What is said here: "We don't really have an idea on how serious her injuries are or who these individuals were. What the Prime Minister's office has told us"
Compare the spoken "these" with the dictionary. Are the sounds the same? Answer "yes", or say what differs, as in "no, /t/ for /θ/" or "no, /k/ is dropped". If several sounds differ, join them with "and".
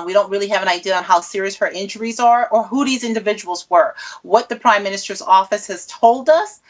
yes